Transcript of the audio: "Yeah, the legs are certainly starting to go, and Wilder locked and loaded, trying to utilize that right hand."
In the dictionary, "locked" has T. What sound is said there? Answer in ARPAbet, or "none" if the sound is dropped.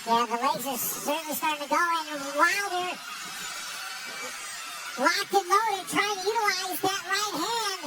none